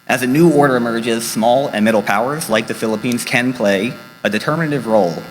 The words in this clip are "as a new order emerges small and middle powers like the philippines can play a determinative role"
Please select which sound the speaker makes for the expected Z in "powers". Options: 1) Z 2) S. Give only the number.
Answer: 1